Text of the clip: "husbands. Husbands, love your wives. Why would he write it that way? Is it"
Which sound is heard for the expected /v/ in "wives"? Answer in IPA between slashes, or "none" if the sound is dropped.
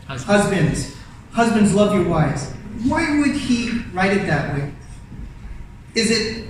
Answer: none